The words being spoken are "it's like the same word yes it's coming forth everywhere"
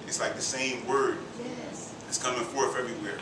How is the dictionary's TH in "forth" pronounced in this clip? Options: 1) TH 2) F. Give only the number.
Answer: 2